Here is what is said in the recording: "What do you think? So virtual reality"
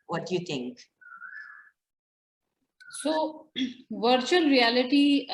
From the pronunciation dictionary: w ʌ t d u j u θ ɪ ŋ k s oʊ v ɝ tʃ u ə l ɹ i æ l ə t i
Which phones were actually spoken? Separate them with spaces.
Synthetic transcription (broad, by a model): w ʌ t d j u t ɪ ŋ k s oʊ v ɝ tʃ u ə l ɹ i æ l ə t i